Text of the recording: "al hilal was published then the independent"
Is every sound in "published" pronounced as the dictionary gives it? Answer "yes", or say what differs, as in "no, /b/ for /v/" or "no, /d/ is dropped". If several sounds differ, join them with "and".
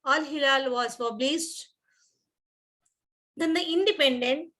no, /s/ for /ʃ/